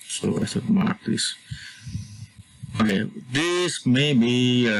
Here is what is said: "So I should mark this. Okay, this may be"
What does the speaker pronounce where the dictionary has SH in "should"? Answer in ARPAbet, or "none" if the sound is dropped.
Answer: S